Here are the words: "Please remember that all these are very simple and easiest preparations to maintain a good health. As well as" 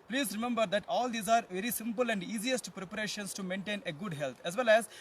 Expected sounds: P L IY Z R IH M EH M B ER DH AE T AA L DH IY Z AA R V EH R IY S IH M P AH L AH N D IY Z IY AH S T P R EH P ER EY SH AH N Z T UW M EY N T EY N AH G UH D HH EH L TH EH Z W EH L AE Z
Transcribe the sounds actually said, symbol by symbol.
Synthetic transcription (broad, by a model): P L IY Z R IH M EH M B ER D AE T AA L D IY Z AA R V EH R IY S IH M P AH L AH N D IY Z IY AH S T P R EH P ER EY SH AH N S T UW M EY N T EY N AH G UH D HH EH L T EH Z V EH L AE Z